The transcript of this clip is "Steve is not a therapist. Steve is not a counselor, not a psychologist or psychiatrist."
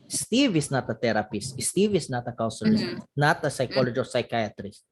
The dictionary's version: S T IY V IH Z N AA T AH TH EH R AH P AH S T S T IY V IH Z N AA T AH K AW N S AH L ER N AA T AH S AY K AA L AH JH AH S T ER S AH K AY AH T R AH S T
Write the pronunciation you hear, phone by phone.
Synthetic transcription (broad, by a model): S T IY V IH S N AA T AH T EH R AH P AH S T S T IY V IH S N AA T AH K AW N S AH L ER N AA T AH S AY K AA L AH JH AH S AA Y K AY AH T R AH S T